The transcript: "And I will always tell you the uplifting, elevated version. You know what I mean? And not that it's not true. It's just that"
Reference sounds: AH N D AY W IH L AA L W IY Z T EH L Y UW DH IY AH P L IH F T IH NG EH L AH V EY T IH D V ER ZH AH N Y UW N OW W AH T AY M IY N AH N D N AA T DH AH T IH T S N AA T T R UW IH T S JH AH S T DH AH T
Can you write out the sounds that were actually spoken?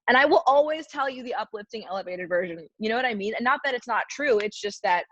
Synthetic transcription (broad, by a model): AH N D AY W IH L AA L W IY Z T EH L Y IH DH IY AH P L IH F T IH NG EH L AH V EY T IH D V ER ZH AH N Y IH N OW W AH T AY M IY N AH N N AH T DH AH T IH T S N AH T T R UW IH T S JH AH S T DH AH T